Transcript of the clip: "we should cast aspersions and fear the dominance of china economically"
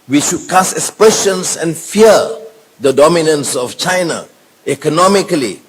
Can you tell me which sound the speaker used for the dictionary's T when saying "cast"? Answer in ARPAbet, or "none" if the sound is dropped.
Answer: none